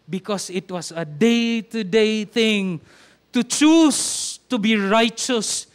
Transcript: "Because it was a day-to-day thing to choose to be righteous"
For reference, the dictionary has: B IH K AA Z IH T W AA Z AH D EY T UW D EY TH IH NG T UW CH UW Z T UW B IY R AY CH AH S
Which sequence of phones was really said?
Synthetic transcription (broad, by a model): B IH K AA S IH T W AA S AH D EY T UW D EY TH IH NG T UW CH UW S T UW B IY R AY CH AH S